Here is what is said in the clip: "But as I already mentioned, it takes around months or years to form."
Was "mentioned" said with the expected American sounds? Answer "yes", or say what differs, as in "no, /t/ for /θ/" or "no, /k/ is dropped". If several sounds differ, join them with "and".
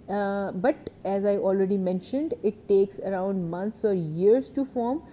yes